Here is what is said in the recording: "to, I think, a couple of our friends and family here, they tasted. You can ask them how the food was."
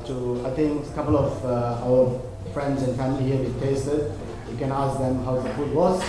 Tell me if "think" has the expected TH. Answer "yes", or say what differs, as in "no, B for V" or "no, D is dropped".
no, T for TH